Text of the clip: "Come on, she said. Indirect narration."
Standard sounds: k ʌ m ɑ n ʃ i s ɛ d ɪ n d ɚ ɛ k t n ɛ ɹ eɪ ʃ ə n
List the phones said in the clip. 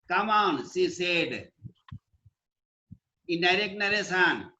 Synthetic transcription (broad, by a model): k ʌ m ɑ n s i s ɛ d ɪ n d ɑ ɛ k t n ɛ ɹ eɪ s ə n